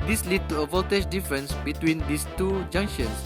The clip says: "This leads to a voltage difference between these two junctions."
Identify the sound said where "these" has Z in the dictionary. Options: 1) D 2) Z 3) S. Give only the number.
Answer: 3